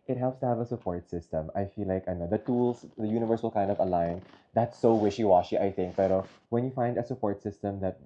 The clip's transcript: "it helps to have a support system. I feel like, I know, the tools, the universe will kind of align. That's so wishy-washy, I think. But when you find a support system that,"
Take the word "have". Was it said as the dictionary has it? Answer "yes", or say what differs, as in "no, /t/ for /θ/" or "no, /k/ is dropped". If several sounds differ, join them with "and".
yes